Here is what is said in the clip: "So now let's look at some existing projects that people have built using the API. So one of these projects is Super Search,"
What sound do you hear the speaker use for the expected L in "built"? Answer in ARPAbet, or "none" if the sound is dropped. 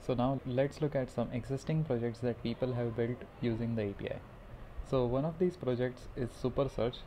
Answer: L